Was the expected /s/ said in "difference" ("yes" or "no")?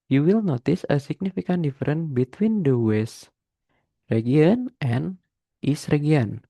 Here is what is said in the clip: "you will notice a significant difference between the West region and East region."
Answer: no